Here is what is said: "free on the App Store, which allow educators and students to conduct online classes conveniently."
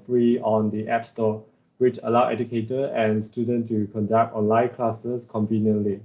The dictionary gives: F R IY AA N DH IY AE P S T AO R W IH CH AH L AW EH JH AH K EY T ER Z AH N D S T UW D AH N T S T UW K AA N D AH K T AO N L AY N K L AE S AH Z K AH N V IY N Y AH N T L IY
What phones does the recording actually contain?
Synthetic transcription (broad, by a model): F R IY AA N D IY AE P S T AO W IH CH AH L AW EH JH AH K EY T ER AH N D S T UW D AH N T T UW K AA N D AH K T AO N L AY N K L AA S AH S K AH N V IY N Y AH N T L IY